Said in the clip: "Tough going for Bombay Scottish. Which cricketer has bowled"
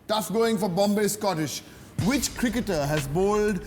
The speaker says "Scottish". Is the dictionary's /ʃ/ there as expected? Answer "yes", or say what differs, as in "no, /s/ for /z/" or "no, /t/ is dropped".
yes